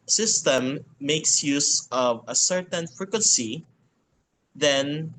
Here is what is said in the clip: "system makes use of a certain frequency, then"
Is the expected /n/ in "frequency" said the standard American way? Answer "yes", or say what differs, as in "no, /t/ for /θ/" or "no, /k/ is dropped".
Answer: yes